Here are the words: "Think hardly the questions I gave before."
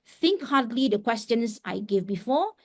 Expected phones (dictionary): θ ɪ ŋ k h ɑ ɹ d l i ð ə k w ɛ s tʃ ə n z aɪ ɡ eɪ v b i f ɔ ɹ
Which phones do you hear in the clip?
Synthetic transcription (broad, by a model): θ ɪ ŋ k h ɑ d l i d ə k w ɛ s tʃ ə n s aɪ ɡ eɪ v b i f ɔ